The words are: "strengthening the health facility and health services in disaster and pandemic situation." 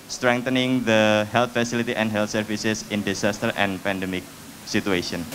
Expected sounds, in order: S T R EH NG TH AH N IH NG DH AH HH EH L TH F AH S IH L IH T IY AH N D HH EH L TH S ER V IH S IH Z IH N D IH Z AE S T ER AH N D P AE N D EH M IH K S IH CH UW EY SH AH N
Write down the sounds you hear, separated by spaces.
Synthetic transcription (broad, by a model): S T R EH NG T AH N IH NG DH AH HH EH L T F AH S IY L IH T IY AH N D HH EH L T S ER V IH S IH S IH N D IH S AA S T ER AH N P AE N D EH M IH K S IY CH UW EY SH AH N